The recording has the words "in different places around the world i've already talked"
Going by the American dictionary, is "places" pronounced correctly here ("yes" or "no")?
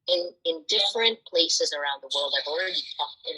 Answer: yes